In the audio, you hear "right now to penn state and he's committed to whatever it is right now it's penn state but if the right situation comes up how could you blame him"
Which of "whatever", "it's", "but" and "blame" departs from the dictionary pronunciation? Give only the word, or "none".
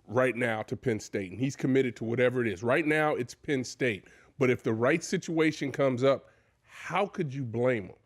none